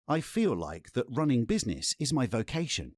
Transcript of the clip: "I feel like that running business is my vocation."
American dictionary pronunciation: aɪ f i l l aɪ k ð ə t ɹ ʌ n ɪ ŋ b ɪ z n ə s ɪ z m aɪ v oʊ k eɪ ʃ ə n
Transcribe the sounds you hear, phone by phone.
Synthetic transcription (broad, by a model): aɪ f i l l aɪ k ð ə t ɹ ʌ n ɪ ŋ b ɪ z n ə s ɪ z m aɪ v oʊ k eɪ ʃ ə n